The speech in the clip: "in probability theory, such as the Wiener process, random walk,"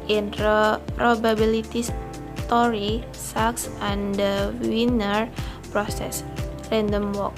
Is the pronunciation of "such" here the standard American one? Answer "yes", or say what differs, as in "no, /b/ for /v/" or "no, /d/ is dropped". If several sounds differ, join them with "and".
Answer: no, /s/ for /tʃ/